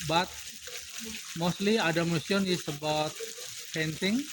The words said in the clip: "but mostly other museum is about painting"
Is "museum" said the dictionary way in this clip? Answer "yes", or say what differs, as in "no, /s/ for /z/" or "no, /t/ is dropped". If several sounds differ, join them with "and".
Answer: no, /s/ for /z/